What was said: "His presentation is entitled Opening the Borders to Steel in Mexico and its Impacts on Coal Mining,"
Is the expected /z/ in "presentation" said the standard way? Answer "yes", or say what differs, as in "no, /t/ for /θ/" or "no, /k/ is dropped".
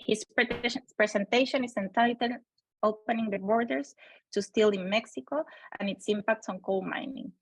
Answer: no, /s/ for /z/